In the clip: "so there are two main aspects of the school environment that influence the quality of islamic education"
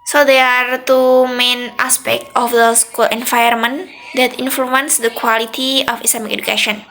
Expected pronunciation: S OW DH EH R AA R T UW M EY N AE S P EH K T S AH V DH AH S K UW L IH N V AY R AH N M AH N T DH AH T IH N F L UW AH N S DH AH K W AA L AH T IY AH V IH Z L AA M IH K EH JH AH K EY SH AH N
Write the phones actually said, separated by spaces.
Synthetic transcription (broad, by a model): S OW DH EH AA R T UW M EY N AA S P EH K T AH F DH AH S K UW L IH N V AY AH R M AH N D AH T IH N F L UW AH N S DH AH K W AA L AH T IY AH F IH S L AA M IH K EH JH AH K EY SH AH N